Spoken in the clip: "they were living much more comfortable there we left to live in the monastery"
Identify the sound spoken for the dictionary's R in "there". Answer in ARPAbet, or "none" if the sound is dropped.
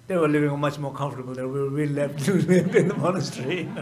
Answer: W